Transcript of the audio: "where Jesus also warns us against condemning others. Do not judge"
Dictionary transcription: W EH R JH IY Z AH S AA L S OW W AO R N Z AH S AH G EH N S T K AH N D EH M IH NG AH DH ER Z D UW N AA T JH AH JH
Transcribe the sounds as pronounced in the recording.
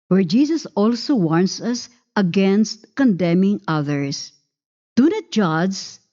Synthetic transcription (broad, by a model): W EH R JH IY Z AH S AA L S OW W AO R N S AH S AH G EH N S T K AH N D EH M IH NG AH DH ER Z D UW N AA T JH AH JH